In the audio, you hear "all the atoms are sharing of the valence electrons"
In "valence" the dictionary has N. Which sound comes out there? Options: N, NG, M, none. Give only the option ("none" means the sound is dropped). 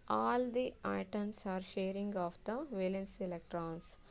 N